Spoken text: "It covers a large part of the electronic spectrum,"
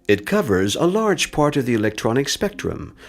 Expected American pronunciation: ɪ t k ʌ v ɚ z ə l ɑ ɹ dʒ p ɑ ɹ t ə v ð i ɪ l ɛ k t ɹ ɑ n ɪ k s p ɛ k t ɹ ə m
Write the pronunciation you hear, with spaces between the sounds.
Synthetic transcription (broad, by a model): ɪ t k ʌ v ɚ z ə l ɑ ɹ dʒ p ɑ ɹ t ə v ð i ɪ l ɛ k t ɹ ɑ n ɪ k s p ɛ k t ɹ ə m